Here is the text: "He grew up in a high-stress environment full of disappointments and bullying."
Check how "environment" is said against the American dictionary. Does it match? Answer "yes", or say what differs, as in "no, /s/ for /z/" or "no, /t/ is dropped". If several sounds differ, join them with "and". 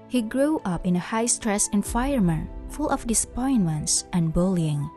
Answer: no, /f/ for /v/ and /ɹ/ is dropped